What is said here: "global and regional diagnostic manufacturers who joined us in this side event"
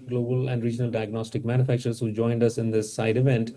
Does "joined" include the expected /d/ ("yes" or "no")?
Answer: yes